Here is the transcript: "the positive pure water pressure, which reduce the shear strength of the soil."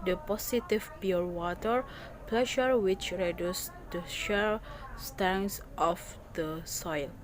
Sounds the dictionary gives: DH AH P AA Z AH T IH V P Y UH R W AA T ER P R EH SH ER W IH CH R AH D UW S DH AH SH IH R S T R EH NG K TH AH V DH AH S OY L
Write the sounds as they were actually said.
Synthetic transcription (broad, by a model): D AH P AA S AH T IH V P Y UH R W AA T ER P L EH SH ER W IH CH R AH D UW S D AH SH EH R S T EH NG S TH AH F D AH S OY L